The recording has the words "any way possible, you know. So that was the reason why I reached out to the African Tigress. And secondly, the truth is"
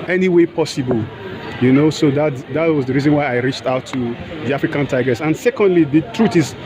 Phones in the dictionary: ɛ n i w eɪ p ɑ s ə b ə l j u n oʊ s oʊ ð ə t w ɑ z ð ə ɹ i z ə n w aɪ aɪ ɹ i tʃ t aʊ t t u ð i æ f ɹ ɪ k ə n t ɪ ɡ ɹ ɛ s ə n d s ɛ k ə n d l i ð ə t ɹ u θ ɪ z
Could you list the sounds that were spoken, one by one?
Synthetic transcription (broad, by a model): ɛ n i w eɪ p ɑ s ə b ə l j u n oʊ s oʊ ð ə t w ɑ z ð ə ɹ i z ə n w aɪ aɪ ɹ i tʃ t aʊ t t u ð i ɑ f ɹ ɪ k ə n t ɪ ɡ ɹ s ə n s ɛ k ə n d l i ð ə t ɹ u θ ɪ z